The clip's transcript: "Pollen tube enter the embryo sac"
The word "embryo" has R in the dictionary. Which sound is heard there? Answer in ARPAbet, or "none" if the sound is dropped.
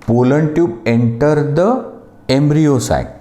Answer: R